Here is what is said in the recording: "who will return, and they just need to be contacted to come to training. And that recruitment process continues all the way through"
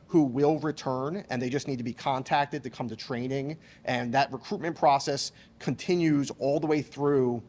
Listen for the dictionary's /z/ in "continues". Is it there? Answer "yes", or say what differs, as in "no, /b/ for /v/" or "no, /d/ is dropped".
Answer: yes